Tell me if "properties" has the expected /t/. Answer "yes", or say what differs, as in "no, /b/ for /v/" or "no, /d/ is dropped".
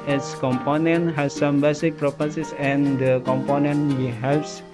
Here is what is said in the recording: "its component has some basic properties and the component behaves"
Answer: no, /s/ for /t/